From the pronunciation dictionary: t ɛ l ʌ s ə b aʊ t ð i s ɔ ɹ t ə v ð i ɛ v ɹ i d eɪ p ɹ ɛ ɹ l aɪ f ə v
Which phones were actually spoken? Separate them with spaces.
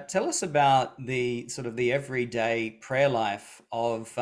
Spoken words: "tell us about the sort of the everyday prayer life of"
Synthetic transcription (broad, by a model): t ɛ l ʌ s ə b aʊ t ð i s ɔ ɹ t ə v ð i ɛ v ɹ i d eɪ p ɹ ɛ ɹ l aɪ f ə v